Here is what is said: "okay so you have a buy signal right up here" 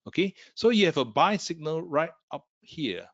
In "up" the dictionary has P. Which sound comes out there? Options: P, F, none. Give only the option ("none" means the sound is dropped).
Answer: P